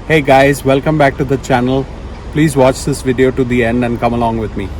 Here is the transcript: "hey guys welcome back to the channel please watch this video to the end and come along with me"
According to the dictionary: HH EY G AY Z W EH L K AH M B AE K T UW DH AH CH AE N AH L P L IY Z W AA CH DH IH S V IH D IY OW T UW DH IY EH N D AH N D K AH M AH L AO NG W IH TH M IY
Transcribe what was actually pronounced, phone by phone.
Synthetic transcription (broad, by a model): HH EY G AY Z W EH L K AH M B AE K T UW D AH CH AE N AH L P L IY Z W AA CH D IH S V IH D IY OW T UW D IY EH N D AH N D K AH M AH L AO NG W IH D M IY